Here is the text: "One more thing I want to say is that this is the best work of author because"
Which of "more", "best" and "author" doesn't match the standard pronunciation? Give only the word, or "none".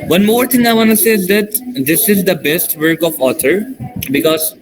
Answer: author